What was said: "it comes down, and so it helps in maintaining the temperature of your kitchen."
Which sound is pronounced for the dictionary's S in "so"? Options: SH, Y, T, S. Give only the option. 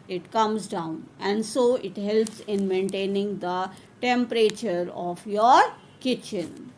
S